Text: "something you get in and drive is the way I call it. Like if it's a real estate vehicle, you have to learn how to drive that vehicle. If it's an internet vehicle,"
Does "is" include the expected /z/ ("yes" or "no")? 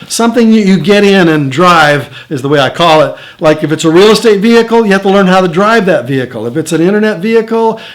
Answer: yes